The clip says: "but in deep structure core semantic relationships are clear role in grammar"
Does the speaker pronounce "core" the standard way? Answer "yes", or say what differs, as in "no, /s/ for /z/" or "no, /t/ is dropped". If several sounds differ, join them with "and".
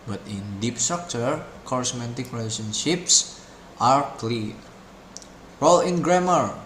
yes